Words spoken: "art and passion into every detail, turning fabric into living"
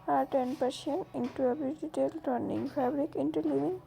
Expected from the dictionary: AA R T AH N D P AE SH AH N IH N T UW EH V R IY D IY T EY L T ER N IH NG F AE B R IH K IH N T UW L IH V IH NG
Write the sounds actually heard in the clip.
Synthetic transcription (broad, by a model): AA R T AH N D P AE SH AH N IH N T UW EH B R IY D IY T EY L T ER N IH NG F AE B R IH K IH N T UW L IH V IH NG